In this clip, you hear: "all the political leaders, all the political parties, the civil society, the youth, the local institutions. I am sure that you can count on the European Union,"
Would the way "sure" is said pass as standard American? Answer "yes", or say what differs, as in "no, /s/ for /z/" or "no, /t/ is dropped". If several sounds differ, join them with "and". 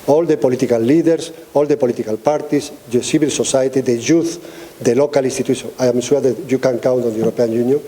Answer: no, /s/ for /ʃ/